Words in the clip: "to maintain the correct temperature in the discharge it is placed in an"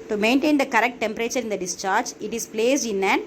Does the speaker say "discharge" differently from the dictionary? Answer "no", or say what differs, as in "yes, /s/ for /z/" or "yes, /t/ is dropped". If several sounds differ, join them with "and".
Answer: no